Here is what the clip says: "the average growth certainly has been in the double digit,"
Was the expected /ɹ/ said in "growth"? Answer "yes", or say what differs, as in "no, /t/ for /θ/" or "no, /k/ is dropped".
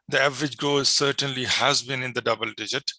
no, /ɹ/ is dropped